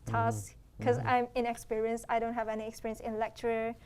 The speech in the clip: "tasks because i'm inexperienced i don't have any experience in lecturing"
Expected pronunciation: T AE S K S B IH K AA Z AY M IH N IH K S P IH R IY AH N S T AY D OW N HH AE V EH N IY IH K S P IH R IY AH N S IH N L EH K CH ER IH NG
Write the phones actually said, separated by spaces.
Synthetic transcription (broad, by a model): T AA S K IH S AA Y M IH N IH K S P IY R IY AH N S AY D OW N HH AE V EH N IY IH K S P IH R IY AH N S IH N L EH K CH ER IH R